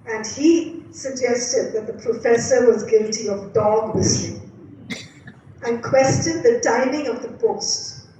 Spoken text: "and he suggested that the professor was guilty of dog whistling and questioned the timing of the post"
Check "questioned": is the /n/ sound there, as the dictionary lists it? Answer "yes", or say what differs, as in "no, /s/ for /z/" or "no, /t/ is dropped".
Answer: no, /n/ is dropped